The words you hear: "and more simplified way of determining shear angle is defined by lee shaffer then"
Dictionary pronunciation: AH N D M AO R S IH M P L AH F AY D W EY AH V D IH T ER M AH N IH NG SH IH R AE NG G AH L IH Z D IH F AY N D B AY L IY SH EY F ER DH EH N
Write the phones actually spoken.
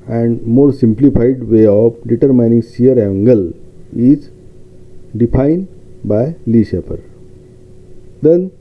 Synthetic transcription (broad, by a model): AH N D M AO R S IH M P L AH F AY D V EY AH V D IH T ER M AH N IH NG S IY R AE NG G AH L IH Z D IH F AY N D B AY L IY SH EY P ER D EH N